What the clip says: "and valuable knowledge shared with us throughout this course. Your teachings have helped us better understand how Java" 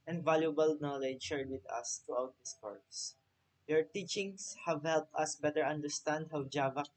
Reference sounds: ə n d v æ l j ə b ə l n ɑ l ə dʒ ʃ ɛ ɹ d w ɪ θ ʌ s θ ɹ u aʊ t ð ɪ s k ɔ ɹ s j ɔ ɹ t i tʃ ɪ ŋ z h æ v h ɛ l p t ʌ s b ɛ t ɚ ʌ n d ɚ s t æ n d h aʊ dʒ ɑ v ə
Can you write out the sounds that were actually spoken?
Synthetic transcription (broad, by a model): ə n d v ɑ l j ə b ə l n ɑ l ə dʒ ʃ ɛ ɹ d w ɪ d ʌ s t ɹ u aʊ t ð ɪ s k ɔ ɹ s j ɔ ɹ t i tʃ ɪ ŋ s h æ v h ɛ l p t ʌ s b ɛ t ɚ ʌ n d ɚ s t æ n d h aʊ dʒ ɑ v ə